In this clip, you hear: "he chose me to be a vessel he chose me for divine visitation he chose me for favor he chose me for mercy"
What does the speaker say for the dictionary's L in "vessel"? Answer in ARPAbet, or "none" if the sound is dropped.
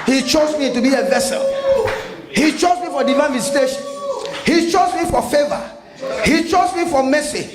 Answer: L